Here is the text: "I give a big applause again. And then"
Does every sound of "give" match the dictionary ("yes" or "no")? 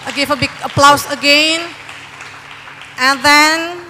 no